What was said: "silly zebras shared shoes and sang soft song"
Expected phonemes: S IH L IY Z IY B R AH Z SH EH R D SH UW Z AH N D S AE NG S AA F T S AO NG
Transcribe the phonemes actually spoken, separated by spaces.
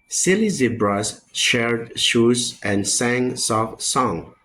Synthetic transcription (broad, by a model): S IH L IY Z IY B R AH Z SH EH R D SH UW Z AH N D S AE NG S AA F S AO NG